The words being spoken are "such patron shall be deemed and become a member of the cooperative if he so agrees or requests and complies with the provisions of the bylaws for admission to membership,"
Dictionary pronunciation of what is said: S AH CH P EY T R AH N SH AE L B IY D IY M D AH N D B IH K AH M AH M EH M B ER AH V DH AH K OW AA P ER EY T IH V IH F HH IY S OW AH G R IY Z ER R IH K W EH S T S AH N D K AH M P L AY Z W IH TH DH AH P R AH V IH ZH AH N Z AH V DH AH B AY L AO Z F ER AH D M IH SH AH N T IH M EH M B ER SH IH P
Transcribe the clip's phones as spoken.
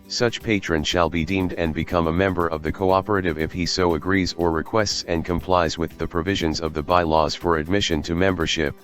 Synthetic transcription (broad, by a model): S AH CH P EY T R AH N SH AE L B IY D IY M D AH N B IH K AH M AH M EH M B ER AH V DH AH K OW AA P ER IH T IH V IH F HH IY S OW AH G R IY Z ER R IH K W EH S T S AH N K AH M P L AY Z W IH DH AH P R AH V IH ZH AH N Z AH V DH AH B AY L AO Z F ER AH D M IH SH AH N T IH M EH M B ER SH IH P